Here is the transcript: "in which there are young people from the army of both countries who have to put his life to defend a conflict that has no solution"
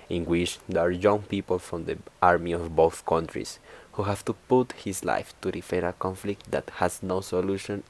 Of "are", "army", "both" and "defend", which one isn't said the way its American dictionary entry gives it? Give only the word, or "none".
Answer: defend